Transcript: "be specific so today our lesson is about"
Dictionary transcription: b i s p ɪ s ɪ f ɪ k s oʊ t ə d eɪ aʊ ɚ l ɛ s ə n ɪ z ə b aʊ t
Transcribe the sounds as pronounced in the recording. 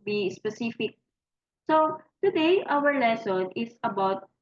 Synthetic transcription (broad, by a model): b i s p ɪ s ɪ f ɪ k s oʊ t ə d eɪ aʊ ɚ l ɛ s ə n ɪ s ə b aʊ t